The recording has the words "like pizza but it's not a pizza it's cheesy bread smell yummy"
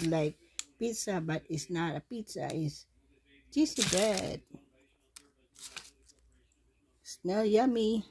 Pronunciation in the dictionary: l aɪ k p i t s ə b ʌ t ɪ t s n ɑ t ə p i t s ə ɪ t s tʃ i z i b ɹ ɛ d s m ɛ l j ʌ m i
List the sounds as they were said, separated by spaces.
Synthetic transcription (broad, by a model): l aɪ k p i t s ə b ʌ t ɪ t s n ɑ t ə p i t s ə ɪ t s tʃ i s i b ɛ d s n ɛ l j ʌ m i